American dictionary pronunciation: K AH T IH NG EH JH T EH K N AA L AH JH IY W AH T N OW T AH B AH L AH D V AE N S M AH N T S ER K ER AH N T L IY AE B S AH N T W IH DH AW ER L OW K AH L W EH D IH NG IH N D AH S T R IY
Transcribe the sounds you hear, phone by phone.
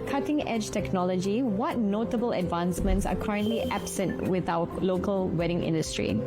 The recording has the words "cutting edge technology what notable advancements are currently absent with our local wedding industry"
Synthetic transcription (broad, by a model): K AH T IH NG EH JH T EH K N AA L AH JH IY W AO T N OW T AH B AH L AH D V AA N S M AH N T S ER K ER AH N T L IY AE B S AH N T W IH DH AW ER L OW K AH L W EH D IH NG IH N D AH S T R IY